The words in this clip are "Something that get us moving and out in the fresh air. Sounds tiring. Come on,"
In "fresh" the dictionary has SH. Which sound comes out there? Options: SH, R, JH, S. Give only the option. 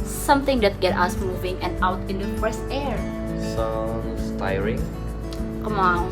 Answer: S